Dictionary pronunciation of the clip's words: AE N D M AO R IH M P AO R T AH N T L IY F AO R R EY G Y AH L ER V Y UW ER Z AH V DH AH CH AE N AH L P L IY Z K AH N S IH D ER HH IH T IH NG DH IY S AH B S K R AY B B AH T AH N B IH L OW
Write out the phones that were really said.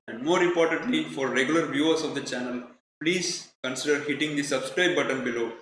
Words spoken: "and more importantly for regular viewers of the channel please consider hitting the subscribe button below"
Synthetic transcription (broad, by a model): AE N D M AO R IH M P AO R T AH N T L IY F AO R R EY G Y AH L ER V Y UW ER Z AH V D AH CH AE N AH L P L IY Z K AH N S IH D ER HH IH T IH NG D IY S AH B S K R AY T B AH T AH N B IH L OW